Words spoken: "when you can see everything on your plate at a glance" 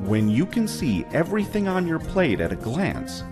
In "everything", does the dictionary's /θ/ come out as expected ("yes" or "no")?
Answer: yes